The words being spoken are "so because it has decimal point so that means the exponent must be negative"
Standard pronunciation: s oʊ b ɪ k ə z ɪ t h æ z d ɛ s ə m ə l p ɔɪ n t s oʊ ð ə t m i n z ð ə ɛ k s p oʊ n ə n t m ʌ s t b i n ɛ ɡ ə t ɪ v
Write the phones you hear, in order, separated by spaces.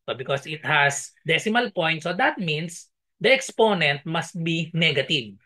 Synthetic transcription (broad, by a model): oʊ b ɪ k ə s ɪ t h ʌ s d ɛ s ə m ə l p ɔɪ n t s oʊ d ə t m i n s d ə ɛ k s p oʊ n ə n t m ʌ s t b i n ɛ ɡ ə t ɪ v